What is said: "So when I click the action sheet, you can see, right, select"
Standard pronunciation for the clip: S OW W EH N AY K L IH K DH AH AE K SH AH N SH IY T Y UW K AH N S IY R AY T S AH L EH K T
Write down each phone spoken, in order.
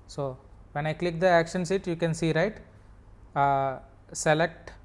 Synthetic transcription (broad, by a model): S OW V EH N AY K L IH K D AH AE K SH AH N S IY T Y UW K AH N S IY R AY T S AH L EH K T